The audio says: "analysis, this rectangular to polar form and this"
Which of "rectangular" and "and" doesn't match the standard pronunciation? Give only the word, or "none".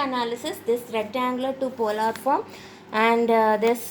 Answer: rectangular